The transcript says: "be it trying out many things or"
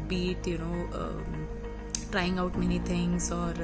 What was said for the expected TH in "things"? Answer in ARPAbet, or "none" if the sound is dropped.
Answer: T